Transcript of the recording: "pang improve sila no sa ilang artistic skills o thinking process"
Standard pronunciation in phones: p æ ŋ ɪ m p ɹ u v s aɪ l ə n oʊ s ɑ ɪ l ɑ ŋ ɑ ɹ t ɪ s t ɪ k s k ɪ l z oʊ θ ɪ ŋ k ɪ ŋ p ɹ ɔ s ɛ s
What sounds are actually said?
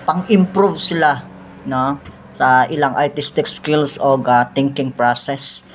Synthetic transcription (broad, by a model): p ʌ ŋ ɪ m p ɹ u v s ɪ l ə n oʊ s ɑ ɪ l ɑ ŋ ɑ ɹ t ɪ s t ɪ k s k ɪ l s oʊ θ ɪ ŋ k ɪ ŋ p ɹ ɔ s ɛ s